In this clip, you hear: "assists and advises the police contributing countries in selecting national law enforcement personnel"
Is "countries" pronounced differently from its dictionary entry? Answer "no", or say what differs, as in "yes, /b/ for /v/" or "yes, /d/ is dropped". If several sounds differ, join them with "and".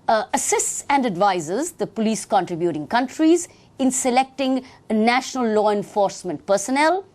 no